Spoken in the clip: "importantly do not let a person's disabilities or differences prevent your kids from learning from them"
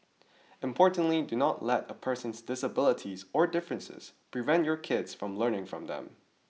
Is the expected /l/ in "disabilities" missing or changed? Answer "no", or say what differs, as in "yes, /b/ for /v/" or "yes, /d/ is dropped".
no